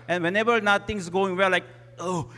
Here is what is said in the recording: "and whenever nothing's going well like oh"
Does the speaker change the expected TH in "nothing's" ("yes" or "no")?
yes